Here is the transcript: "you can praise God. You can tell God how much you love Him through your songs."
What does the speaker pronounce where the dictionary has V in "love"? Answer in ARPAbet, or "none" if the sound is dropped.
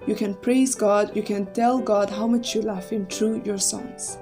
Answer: F